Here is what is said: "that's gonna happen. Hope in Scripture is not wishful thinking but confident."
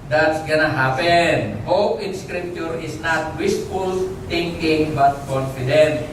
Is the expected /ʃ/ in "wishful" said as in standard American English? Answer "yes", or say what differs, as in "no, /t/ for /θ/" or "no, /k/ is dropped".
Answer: no, /s/ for /ʃ/